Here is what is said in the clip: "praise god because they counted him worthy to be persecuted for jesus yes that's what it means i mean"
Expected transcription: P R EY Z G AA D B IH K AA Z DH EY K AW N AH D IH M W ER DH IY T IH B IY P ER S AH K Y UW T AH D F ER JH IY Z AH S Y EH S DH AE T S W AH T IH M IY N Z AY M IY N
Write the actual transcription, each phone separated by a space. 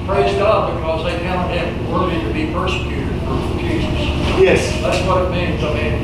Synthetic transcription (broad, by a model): P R EY Z G AA D B IH K AA Z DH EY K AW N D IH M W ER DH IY T IH B IY P ER S AH K Y UW T AH D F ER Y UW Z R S Y EH S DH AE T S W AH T IH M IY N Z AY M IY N